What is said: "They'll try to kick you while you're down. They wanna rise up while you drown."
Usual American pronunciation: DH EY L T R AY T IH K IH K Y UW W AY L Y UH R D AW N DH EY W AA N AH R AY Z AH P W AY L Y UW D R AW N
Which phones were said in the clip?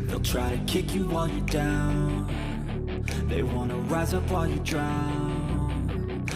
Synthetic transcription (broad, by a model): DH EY L T R AY T IH K IH K Y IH W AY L Y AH R D AW N DH EY W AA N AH R AY Z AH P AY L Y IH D R AW N